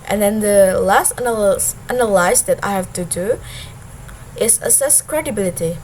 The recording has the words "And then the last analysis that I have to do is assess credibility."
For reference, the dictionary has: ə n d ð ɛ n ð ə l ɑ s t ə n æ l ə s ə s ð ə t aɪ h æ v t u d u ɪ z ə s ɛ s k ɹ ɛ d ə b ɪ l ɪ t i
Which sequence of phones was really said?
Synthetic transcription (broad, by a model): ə n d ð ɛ n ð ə l ɑ s t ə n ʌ n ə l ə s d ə t aɪ h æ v t u d u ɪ s ə s ɛ s k ɹ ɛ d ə b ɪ l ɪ t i